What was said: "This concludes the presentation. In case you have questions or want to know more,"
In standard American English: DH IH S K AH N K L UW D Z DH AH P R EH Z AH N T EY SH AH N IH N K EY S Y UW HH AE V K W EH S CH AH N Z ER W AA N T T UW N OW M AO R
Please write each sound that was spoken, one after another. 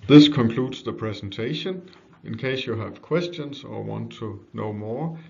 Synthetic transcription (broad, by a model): DH IH S K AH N K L UW D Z DH AH P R EH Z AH N T EY SH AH N IH N K EY S Y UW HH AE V K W EH S CH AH N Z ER W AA N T T UW N OW M AO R